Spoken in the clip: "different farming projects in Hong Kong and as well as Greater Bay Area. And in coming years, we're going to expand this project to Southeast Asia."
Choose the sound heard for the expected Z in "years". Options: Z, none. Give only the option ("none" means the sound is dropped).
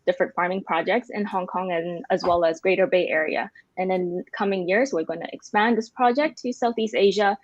Z